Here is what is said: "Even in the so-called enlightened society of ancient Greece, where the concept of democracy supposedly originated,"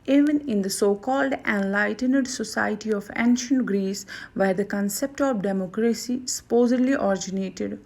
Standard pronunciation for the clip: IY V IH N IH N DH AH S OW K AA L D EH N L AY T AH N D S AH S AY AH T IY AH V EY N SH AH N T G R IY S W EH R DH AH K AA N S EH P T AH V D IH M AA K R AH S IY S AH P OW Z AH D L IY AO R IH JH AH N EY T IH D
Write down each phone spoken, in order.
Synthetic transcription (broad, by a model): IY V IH N IH N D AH S OW K AA L D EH N L AY T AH N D S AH S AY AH T IY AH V EY N SH AH N T G R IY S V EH R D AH K AA N S EH P T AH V D IH M AA K R AH S IY S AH P OW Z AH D L IY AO R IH JH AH N EY T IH D